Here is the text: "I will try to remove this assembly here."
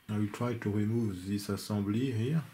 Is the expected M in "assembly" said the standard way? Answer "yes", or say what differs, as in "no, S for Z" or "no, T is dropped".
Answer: no, M is dropped